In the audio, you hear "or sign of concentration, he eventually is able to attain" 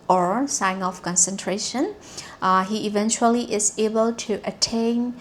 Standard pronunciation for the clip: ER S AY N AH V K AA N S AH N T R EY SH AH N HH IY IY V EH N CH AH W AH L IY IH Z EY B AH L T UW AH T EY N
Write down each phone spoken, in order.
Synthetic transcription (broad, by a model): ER S AY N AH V K AA N S AH N T R EY SH AH N HH IY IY V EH N CH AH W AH L IY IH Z EY B AH L T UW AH T EY N